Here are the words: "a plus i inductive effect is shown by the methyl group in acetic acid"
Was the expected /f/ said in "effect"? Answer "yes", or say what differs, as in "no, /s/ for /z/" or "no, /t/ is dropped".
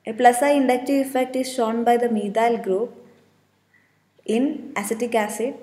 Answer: yes